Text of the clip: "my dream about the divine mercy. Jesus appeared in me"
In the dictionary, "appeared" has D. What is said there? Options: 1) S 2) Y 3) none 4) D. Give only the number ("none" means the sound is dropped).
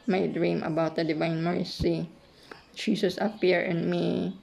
3